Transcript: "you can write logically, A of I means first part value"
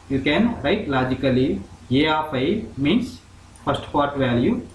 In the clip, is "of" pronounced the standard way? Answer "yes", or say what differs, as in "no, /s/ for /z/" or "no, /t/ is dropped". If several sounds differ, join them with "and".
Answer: no, /p/ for /v/